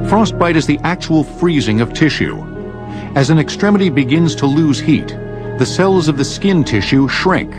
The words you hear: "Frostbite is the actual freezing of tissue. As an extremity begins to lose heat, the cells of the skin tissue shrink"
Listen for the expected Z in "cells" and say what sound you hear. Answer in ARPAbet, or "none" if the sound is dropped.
Z